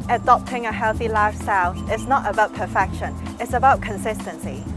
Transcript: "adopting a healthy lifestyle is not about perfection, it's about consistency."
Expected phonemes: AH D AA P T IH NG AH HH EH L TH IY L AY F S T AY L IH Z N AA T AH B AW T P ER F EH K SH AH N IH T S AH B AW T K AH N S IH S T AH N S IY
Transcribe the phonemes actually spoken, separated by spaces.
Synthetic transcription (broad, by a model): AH D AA P T IH NG AH HH EH L TH IY L AY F S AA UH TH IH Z N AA T AH B AW T P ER F EH K SH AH N IH T S AH B AW T K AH N S IH S T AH N S IY